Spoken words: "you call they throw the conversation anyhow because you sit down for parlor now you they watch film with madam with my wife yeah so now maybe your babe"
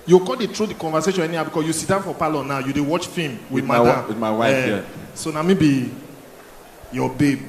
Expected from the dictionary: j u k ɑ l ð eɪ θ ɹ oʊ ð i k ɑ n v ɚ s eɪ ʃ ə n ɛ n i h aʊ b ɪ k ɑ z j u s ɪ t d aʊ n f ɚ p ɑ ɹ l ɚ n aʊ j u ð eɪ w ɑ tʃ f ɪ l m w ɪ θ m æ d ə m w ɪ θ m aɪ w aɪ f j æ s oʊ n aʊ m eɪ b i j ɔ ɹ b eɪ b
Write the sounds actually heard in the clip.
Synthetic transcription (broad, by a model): j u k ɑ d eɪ t ɹ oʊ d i k ɑ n v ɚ s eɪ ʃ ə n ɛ n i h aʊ b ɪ k ɑ s j u s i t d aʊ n f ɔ p ɑ l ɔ n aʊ j u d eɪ w ɑ tʃ f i m w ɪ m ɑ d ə m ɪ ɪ w aɪ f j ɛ s oʊ n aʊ m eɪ b i j ɔ b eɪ b